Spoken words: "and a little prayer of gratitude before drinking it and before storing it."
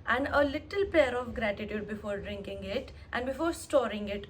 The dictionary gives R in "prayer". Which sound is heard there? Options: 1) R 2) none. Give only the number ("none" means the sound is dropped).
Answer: 2